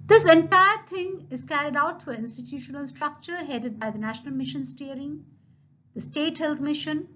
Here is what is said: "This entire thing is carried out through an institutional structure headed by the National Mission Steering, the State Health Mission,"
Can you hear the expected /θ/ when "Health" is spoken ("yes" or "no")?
no